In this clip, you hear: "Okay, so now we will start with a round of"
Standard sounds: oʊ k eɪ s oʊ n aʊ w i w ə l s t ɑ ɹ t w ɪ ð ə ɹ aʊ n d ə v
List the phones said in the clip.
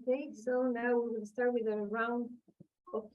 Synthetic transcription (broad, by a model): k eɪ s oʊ n aʊ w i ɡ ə n s t ɑ ɹ t w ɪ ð ə ɹ aʊ n d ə